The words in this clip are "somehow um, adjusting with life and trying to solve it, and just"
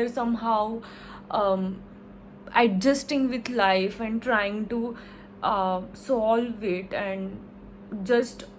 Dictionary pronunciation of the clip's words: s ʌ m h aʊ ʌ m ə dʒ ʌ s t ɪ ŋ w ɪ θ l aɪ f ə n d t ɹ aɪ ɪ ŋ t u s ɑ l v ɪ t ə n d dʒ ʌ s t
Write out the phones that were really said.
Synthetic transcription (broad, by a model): s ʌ m h aʊ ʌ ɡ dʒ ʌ s t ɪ ŋ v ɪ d l aɪ f ə n d t ɹ aɪ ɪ ŋ t u s ɑ l v ɪ t ə n d dʒ ʌ s t